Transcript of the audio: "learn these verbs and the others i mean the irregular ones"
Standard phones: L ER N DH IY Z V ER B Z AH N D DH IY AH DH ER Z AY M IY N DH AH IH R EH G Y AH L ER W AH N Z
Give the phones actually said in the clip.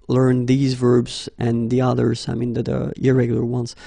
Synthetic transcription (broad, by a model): L ER N DH IY Z V ER B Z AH N DH IY AH DH ER Z AY M IY N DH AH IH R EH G Y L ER W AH N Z